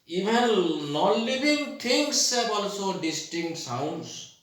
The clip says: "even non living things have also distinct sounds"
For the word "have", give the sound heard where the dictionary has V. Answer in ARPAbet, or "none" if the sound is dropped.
B